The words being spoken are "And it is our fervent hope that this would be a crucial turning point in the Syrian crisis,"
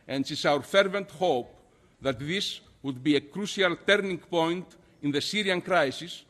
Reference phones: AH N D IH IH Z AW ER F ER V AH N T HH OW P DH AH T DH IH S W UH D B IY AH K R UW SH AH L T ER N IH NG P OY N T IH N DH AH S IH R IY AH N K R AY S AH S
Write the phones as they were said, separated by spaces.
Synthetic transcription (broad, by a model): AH N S IH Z AW ER F ER V AH N T HH OW P DH AH T DH IH S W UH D B IY AH K R UW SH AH L T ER N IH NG P OY N T IH N DH AH S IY R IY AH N K R AY S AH S